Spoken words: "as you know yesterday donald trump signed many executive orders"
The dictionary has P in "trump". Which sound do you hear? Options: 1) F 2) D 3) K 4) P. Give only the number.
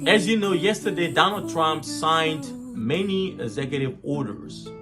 4